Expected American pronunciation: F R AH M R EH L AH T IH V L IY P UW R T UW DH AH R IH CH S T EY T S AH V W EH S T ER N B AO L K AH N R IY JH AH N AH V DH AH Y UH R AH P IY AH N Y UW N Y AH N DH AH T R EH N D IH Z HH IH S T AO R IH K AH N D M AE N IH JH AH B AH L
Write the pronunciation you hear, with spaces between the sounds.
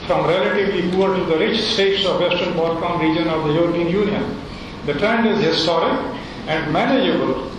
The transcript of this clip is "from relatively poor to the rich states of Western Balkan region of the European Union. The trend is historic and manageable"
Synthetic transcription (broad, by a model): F R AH M R EH L AH T IH V L IY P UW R T UW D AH R IH CH S T EY T S AH V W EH S T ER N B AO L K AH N R IY JH AH N AH V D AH Y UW R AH P IY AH N Y UW N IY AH N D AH T R EH N D IH Z HH IH S T AO R IH K AH N D M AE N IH JH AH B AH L